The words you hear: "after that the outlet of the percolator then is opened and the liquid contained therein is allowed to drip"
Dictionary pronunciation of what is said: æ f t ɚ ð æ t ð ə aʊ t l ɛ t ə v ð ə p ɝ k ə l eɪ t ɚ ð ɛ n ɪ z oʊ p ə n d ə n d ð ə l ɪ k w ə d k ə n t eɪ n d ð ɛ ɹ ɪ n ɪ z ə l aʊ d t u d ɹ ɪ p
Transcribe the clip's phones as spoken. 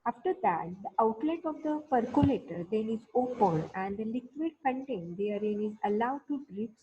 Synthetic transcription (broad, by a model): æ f t ɚ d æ t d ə aʊ t l ɛ t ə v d ə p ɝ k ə l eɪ t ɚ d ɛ n ɪ z oʊ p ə n ə n d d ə l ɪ k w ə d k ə n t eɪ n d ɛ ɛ ɹ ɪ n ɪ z ə l aʊ d t u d ɹ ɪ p